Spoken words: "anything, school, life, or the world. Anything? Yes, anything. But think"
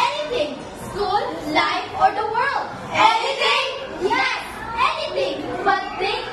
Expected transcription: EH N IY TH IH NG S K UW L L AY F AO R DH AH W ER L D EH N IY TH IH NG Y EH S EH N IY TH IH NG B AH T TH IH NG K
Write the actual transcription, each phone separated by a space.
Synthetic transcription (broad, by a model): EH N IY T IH NG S AO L L AY F AO R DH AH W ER L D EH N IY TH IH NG Y EH S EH N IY T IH NG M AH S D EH